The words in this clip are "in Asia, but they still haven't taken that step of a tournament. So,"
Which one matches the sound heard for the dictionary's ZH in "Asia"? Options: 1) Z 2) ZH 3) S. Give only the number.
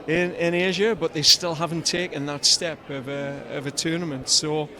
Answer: 2